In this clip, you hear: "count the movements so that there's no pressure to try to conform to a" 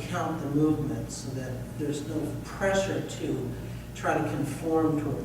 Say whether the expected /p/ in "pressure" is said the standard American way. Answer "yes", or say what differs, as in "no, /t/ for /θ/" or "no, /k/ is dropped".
yes